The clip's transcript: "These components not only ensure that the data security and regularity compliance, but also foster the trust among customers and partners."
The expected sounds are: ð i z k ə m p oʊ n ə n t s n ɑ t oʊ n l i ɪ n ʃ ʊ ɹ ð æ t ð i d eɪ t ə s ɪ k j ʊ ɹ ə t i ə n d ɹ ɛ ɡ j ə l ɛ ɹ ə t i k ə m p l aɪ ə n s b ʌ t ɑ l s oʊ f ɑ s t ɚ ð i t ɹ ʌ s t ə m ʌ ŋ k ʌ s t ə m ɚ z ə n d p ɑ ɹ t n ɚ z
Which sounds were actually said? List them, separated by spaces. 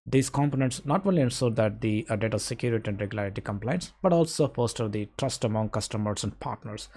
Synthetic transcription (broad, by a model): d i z k ə m p oʊ n ə n t s n ɑ t oʊ n l i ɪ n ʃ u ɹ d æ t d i d eɪ t ə s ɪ k j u ɹ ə t i ə n d ɹ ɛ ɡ j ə l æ ɹ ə t i k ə m p l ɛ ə n s b ʌ t ɑ l s oʊ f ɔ s t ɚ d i t ɹ ʌ s t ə m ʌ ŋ k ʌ s t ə m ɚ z ə n d p ɑ ɹ t n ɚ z